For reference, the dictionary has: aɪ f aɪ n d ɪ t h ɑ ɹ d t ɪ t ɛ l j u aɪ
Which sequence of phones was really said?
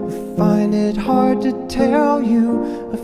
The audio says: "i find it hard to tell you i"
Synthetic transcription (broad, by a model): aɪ f aɪ n d ɪ t h ɑ ɹ d t ɪ t ɛ l j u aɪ